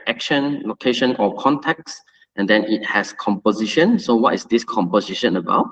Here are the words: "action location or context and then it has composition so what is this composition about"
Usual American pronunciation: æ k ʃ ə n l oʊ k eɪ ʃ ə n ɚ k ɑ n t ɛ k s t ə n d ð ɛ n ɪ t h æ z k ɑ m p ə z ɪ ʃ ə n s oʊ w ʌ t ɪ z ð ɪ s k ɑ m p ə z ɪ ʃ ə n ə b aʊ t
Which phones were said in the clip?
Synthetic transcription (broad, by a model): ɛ k ʃ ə n l oʊ k eɪ ʃ ə n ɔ k ɑ n t ɛ k s t ə n d ɛ n ɪ t h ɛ s k ɑ m p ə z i ʃ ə n s oʊ w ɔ t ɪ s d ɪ s k ɑ m p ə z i ʃ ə n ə b aʊ t